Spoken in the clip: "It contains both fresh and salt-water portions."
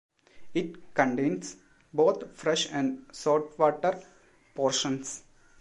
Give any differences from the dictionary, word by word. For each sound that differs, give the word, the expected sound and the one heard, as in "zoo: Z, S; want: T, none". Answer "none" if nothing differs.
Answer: contains: Z, S; both: TH, T; salt: L, none; portions: Z, S